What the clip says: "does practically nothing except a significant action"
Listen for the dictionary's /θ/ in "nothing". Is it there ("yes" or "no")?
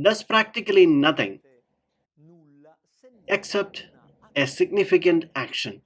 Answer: no